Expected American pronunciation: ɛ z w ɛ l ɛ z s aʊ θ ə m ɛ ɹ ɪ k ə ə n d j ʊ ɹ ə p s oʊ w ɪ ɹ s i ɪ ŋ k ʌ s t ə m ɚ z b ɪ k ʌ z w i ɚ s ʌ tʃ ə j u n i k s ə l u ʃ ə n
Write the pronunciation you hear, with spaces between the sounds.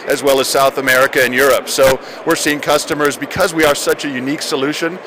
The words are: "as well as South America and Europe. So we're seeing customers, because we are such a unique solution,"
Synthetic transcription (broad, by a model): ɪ z w ɛ l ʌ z s aʊ θ ə m ɛ ɹ ɪ k ə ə n j ʊ ɹ ə p s oʊ w ɪ ɹ s i ɪ ŋ k ʌ s t ə m ɚ z b ɪ k ʌ z w i ɚ s ʌ tʃ ə j u n i k s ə l u ʃ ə n